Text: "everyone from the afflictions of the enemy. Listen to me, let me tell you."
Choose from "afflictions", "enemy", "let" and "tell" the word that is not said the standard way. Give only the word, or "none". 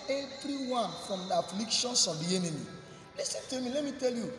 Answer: afflictions